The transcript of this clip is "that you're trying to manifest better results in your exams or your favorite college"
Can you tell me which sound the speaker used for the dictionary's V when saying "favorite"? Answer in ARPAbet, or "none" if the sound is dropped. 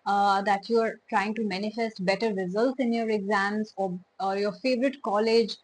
V